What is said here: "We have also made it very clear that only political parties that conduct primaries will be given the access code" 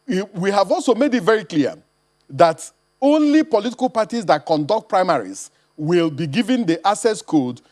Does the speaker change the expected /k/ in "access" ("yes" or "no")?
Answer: yes